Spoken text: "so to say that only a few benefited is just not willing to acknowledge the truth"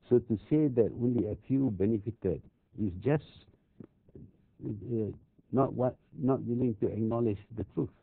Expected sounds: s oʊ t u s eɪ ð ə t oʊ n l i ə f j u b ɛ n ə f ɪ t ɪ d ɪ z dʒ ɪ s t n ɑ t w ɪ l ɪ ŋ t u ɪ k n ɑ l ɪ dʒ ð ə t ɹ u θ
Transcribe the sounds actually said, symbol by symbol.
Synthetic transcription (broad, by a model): s oʊ t u s eɪ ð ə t oʊ n l i ə f j u b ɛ n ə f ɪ t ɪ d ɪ s dʒ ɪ s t n ɑ t w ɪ l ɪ ŋ t u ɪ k n ɑ l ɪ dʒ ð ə t ɹ u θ